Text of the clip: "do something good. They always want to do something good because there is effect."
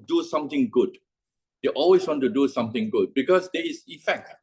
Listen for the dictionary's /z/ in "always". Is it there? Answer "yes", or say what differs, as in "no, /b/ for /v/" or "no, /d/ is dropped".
no, /s/ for /z/